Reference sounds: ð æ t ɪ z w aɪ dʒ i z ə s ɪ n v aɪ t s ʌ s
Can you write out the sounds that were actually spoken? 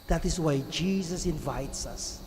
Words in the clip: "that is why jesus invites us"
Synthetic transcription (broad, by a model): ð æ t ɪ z w aɪ dʒ i z ə s ɪ n v aɪ t s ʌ s